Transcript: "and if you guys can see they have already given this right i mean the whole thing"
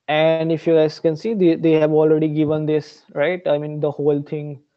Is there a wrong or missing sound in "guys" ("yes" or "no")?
yes